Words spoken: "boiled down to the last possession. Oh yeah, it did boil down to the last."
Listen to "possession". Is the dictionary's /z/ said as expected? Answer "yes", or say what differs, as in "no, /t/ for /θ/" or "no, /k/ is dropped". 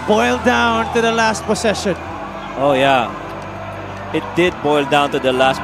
no, /s/ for /z/